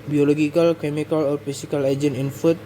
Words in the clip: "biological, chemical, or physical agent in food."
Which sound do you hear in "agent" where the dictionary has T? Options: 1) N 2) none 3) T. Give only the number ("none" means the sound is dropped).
2